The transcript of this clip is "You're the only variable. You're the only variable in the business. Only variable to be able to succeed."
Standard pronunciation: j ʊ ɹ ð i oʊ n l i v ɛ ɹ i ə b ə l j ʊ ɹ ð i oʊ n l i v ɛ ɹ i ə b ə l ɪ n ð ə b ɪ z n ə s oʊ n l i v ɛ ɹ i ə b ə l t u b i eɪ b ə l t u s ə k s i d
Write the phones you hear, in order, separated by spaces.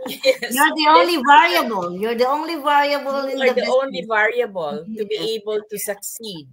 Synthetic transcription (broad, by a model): j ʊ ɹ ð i oʊ n l i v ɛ ɹ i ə b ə l j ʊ ɹ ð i oʊ n l i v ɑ ɹ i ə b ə l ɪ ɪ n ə oʊ n l i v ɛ ɹ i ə b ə l t u b i eɪ b ə l t u s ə k s i d